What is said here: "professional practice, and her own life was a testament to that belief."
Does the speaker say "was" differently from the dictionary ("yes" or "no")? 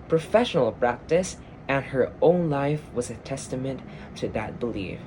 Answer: no